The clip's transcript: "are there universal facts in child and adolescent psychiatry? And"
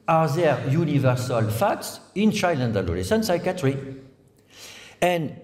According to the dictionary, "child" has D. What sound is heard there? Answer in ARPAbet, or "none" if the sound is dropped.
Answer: none